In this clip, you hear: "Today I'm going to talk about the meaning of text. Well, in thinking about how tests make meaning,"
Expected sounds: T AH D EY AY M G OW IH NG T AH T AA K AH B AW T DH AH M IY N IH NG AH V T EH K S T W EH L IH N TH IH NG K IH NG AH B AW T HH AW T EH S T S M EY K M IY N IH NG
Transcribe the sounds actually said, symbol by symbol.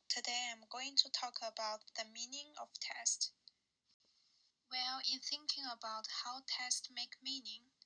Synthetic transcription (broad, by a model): T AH D EY AY M G OW IH NG T AH T AA K AH B AW T DH AH M IY N IH NG AH V T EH S T W EH L IH N TH IH NG K IH NG AH B AW T HH AW T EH S T M EY K M IY N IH NG